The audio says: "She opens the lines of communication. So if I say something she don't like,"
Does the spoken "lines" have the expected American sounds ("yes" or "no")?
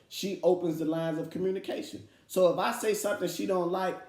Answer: yes